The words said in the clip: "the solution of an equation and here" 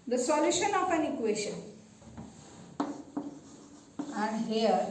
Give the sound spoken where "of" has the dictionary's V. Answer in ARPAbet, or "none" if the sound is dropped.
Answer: P